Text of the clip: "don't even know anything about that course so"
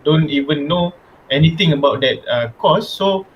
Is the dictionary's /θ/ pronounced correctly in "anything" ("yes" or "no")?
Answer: no